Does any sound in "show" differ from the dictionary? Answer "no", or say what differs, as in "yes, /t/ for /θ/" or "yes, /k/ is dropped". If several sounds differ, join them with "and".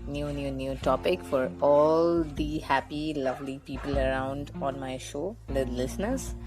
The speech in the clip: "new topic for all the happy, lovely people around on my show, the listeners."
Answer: no